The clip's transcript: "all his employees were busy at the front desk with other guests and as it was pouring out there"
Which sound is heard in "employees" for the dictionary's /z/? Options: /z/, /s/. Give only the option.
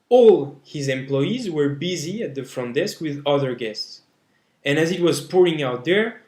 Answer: /z/